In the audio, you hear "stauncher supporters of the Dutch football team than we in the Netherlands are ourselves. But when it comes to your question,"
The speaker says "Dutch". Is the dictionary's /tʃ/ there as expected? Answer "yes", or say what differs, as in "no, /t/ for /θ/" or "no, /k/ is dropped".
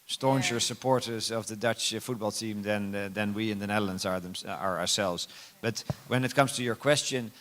yes